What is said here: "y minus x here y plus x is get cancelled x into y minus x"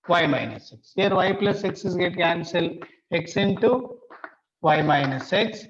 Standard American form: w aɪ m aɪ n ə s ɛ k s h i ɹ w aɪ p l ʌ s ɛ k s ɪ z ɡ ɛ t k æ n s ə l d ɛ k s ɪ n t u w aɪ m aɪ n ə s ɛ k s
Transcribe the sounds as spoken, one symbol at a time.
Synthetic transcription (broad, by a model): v aɪ m aɪ n ə s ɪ k s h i ɹ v aɪ p l ʌ s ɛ k s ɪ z ɡ ɛ t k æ n s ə l ɛ k s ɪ n t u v aɪ m aɪ n ə s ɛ k s